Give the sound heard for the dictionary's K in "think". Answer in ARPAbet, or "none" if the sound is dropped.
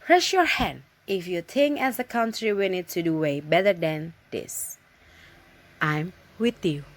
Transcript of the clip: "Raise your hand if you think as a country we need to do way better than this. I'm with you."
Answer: none